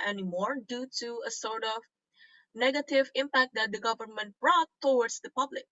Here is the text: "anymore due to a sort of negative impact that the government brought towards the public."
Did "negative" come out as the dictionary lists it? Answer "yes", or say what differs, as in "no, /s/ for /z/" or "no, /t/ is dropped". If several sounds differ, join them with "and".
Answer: yes